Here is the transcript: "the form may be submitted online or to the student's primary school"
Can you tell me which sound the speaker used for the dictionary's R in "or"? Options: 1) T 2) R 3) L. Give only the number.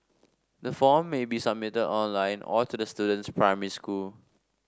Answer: 3